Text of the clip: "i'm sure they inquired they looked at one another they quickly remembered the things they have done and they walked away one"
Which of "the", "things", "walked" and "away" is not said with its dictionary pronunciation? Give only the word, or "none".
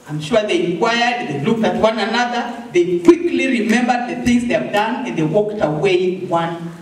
none